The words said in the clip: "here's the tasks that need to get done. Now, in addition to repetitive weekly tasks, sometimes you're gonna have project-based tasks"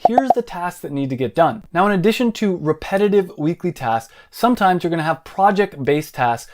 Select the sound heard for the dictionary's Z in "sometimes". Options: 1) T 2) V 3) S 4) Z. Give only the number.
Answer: 4